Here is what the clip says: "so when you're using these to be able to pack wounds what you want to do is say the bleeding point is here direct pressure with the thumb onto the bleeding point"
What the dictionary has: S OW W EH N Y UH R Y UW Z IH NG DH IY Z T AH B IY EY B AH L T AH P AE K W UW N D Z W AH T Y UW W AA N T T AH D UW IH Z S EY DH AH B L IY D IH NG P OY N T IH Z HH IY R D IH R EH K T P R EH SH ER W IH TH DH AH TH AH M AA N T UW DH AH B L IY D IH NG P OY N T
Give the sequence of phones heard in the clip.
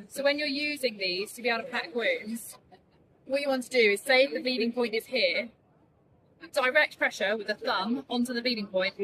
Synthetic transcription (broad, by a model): S OW W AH N Y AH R Y UW Z IH NG DH IY Z T AH B IY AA AH T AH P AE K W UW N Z W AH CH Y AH W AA N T T AH D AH IH Z S EY DH AH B IY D IH NG P OY N T IH Z HH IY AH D IH R EH K T P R EH SH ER W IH DH AH TH AH M AA N T UW DH AH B IY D IH NG P OY N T